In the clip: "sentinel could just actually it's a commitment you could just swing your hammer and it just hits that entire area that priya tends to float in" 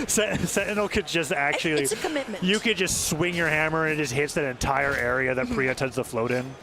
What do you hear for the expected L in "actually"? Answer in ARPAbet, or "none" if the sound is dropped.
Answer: none